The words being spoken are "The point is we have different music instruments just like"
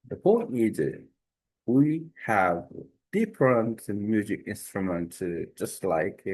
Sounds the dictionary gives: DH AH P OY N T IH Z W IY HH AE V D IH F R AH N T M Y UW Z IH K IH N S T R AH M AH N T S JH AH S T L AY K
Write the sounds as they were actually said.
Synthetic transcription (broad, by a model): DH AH P OY N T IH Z W IY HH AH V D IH P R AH N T M Y UW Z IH K IH N S T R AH M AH N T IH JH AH S T L AY K